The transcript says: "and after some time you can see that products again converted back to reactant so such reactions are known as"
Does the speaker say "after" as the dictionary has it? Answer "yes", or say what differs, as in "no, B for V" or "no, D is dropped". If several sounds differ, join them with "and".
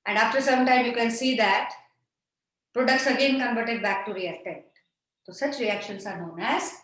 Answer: yes